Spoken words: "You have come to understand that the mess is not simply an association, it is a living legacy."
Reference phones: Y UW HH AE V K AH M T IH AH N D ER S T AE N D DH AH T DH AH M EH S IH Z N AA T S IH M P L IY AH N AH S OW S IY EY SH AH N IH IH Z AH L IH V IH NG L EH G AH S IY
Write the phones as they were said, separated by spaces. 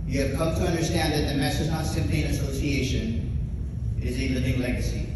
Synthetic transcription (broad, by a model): Y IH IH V K AH M T IH AH N D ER S T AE N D DH AH T DH AH M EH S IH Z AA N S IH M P IY AH N AH S OW S IY EY SH AH N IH IH Z AH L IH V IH NG L EH G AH S IY